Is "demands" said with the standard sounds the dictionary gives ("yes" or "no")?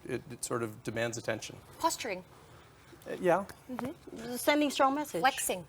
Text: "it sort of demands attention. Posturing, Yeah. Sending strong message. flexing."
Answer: yes